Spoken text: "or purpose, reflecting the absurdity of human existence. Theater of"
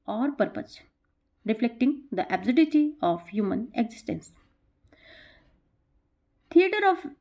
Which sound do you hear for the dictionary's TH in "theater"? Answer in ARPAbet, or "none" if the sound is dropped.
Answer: T